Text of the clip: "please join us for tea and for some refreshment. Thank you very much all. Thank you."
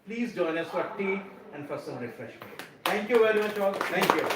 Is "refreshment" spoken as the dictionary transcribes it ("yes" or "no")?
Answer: no